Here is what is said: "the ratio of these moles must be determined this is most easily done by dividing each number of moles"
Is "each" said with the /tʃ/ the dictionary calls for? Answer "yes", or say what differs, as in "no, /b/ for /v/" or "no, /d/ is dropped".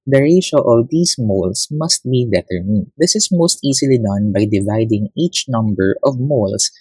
yes